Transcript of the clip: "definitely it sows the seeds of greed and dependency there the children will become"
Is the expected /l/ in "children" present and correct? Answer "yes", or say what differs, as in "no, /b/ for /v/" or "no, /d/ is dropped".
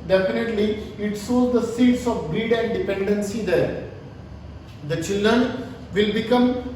yes